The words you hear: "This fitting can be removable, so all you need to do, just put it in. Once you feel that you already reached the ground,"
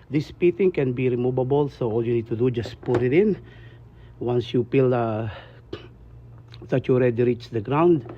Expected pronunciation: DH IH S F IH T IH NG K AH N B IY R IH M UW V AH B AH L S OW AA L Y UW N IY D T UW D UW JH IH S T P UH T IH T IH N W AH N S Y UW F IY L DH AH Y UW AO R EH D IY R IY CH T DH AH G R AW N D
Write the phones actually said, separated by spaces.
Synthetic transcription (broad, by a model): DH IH S P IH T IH NG K AH N B IY R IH M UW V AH B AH L S OW AA L Y UW N IY D T UW D UW JH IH S P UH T IH T IH N W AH N S Y UW P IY L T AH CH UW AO R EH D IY R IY CH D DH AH G R AW N D